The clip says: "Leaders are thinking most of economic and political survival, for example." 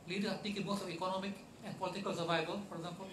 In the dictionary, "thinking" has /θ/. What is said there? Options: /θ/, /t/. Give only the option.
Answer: /t/